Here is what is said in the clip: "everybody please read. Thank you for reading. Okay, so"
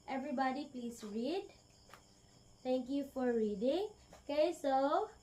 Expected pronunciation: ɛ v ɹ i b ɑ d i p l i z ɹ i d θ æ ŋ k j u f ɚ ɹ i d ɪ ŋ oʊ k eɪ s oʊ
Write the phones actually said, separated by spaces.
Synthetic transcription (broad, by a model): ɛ v ɹ i b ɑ d i p l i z ɹ i d t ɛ ŋ k j u f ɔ ɹ i d ɪ ŋ oʊ k eɪ s oʊ